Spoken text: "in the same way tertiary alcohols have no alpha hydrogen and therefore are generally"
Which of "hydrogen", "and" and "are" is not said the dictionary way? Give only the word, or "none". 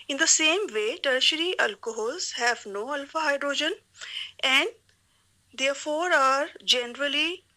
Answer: none